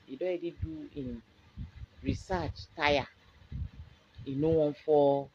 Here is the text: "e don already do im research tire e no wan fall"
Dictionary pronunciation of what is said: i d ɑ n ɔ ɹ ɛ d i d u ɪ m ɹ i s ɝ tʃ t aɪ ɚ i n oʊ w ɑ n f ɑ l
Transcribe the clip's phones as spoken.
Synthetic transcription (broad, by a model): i d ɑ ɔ ɛ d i d u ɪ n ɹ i s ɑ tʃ t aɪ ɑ i n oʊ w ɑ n f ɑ